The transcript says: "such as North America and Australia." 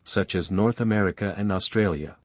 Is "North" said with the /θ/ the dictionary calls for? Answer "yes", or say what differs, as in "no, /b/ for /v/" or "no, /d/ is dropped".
yes